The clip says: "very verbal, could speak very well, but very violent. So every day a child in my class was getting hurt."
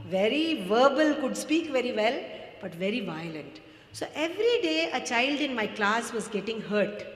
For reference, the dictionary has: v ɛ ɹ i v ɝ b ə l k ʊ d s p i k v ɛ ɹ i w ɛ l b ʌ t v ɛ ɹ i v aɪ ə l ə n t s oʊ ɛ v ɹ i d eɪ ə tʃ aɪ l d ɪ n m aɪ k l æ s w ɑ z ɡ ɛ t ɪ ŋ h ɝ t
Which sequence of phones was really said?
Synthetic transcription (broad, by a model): v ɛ ɹ i v ɝ b ə l k ʊ d s p i k v ɛ ɹ i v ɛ l b ʌ t v ɛ ɹ i v aɪ ə l ə n t s oʊ ɛ v ɹ i d eɪ ə tʃ aɪ l d ɪ n m aɪ k l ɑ s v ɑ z ɡ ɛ t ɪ ŋ h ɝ t